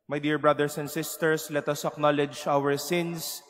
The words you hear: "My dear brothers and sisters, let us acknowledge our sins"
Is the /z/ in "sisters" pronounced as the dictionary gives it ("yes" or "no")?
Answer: no